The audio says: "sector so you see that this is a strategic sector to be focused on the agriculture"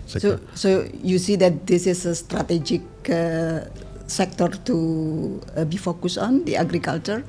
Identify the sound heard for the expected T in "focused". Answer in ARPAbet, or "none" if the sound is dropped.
none